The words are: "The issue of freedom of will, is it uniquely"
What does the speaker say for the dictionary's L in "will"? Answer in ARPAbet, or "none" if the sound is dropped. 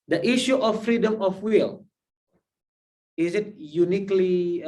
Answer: L